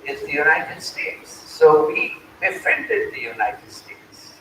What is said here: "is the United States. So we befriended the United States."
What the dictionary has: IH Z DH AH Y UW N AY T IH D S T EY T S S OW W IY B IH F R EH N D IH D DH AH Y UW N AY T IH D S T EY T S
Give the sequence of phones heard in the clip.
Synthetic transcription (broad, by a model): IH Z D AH Y UW N AY T IH D S T EY T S S OW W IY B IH F EH N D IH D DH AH Y UW N AY T IH D S T EY T S